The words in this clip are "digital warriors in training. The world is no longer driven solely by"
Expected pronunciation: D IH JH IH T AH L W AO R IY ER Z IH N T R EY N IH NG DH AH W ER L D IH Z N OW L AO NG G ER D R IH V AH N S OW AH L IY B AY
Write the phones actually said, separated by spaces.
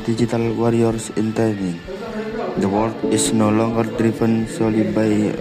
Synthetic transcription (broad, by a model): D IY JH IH T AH L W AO R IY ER S IH N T EY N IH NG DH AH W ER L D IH S N OW L AO NG G ER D R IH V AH N S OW L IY B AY